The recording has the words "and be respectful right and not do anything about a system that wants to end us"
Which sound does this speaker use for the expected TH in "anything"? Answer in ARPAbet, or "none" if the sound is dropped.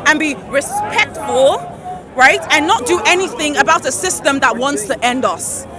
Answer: TH